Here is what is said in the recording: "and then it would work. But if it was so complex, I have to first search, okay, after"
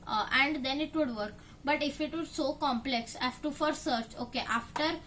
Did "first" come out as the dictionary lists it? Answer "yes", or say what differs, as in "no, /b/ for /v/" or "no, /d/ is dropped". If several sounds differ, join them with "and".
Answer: no, /s/ is dropped